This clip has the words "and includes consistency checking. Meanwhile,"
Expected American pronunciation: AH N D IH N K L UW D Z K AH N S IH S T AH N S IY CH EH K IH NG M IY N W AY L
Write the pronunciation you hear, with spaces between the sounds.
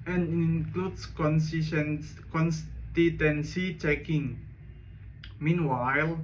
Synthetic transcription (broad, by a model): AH N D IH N K L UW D S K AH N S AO S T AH N S IY CH EH K IH NG M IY N W AY L